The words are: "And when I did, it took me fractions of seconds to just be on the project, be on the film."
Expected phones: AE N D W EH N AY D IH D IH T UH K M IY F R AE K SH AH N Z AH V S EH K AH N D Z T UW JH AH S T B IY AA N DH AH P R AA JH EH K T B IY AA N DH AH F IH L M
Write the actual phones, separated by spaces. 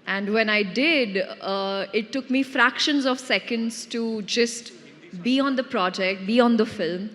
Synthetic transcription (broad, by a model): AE N D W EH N AY D IH D IH T UH K M IY F R AE K SH AH N Z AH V S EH K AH N D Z T UW JH AH S T B IY AA N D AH P R AA JH EH K T B IY AA N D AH F IH L M